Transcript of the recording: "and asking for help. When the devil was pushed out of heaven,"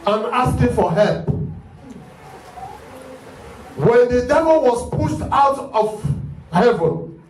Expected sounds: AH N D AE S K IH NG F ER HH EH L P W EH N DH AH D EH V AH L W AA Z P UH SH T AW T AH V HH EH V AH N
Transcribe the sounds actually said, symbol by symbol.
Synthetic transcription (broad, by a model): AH N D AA S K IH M F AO HH EH L P W EH N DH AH D EH V AH L W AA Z P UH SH T AW T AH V HH EH V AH N